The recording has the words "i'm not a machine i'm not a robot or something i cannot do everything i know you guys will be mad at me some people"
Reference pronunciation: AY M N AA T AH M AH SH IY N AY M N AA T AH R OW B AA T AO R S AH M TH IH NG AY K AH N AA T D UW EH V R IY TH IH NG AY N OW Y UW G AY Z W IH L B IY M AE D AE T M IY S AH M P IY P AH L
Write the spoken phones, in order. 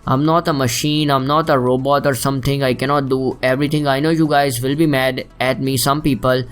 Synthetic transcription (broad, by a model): AY M N AA T AH M AH SH IY N AY M N AA T AH R OW B AA T AO R S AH M T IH NG AY K AH N AA T D UW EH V R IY T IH NG AY N OW Y UW G AY Z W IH L B IY M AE D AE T M IY S AH M P IY P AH L